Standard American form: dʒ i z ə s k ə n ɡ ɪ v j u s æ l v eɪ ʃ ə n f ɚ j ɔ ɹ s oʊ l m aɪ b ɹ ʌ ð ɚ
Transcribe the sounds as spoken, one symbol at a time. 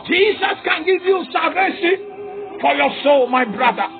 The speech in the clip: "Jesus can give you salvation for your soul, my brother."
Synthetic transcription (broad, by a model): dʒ i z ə s k ə n ɡ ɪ v j u s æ v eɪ s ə f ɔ j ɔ s oʊ l m aɪ b ɹ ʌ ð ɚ